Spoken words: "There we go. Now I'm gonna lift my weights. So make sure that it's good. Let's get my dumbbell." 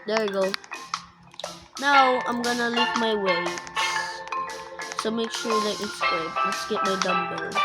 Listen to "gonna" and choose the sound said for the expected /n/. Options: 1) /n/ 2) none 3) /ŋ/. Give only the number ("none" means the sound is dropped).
1